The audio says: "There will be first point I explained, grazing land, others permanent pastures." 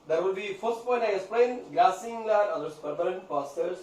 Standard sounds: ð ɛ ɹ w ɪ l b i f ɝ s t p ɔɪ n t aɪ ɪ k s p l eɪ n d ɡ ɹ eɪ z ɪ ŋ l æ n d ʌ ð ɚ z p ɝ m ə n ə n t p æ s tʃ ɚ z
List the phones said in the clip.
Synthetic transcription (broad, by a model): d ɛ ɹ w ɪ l b i f ɝ s t p ɔɪ n t aɪ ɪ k s p l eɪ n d ɡ l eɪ s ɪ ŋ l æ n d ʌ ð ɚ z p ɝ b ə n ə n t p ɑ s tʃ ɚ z